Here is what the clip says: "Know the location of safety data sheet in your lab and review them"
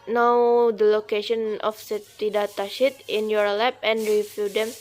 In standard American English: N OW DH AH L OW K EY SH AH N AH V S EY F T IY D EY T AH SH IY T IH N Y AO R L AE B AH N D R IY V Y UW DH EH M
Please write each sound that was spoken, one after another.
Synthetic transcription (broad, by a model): N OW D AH L OW K EY SH AH N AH F S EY T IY D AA T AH SH IY T IH N Y AO R L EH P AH N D R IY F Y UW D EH M